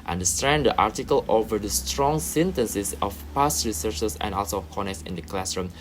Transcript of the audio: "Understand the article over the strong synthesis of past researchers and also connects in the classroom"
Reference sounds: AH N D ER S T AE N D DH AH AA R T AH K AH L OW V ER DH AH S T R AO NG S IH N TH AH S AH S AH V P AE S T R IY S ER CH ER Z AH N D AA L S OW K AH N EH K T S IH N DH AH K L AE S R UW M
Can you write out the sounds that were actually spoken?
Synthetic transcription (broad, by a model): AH N D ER S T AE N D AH AA R T AH K AH L OW V ER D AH S T R AO NG S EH N T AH S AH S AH F P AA S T R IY S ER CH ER S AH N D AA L S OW K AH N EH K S IH N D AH K L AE S R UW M